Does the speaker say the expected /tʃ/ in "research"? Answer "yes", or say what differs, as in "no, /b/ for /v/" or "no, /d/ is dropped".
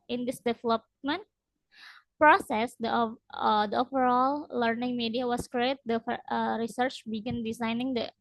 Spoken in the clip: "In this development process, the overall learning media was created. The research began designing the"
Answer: yes